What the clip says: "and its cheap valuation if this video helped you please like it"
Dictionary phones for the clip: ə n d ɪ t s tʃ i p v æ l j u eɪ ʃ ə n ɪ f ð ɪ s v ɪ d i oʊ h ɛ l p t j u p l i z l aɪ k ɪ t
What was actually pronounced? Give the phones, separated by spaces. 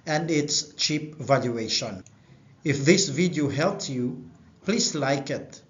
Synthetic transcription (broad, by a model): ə n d ɪ t s tʃ i p v æ l j u eɪ ʃ ə n ɪ f ð ɪ s v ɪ d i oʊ h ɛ l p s j u p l i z l aɪ k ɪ t